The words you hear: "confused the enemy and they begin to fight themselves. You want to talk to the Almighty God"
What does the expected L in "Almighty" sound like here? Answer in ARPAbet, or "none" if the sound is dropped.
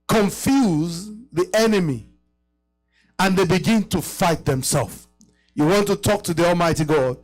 L